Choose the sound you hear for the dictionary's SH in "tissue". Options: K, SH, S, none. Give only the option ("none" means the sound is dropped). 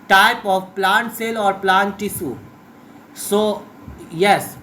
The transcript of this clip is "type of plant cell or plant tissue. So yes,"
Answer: S